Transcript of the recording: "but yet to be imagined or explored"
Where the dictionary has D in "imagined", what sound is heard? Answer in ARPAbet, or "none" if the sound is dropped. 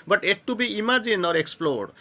none